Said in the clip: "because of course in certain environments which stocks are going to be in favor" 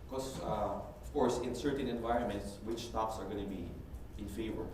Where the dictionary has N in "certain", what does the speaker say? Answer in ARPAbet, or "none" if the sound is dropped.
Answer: N